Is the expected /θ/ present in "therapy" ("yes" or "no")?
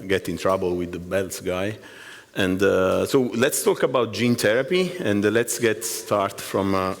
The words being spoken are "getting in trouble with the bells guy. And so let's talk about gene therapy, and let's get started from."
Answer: no